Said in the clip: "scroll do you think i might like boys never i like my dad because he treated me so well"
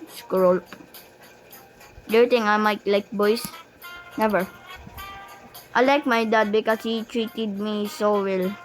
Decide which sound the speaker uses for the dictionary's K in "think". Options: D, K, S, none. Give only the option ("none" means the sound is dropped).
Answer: none